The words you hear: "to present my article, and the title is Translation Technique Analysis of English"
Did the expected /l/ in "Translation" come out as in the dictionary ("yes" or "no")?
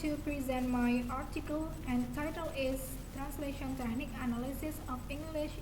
yes